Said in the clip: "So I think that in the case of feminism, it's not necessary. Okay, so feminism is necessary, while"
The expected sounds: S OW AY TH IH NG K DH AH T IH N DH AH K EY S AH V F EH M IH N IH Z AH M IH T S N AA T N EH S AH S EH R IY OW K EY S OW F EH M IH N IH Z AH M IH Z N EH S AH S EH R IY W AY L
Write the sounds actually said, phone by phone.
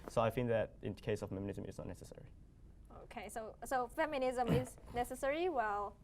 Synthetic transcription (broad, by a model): S OW AY F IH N DH AH T IH N K EY S AH V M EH M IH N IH Z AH M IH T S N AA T N EH S AH S EH R IY OW K EY S OW F EH M IH N IH Z AH M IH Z N EH S AH S EH R IY W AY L